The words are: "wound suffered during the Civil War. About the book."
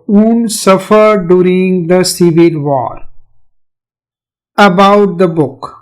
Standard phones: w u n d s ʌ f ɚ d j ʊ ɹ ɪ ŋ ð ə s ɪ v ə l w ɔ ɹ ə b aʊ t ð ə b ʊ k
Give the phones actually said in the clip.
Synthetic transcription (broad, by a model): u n s ʌ f ɚ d j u ɹ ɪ ŋ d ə s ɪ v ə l w ɔ ɹ ə b aʊ t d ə b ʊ k